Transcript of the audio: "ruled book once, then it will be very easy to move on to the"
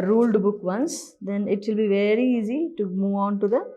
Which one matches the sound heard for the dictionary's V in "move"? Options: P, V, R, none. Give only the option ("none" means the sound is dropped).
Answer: V